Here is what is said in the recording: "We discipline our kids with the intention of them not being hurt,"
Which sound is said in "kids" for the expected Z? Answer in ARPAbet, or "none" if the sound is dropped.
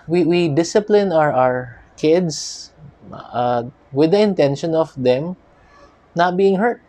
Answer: S